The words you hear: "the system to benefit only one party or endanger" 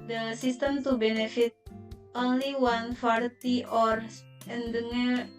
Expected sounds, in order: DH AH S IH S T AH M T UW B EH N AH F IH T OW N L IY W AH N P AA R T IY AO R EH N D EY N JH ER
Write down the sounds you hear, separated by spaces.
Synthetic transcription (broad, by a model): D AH S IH S T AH M T UW B EH N AH F IH T OW N L IY W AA N F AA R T IY AO R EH N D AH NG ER